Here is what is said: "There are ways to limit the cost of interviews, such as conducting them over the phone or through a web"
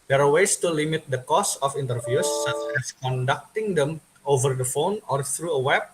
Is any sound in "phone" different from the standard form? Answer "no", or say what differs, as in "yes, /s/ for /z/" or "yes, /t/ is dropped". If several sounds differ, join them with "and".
no